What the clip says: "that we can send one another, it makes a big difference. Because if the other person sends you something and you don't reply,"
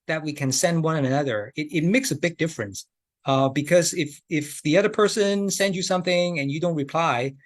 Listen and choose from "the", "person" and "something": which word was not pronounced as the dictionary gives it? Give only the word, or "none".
none